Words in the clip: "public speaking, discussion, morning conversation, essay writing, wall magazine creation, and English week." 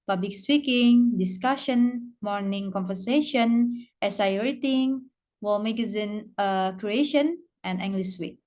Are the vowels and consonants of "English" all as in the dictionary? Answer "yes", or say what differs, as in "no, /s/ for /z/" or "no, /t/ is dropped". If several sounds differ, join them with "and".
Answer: no, /s/ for /ʃ/